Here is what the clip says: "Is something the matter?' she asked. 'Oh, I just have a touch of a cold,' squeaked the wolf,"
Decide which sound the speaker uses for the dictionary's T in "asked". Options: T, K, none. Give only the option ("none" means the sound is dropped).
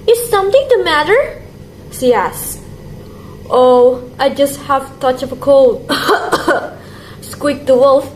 T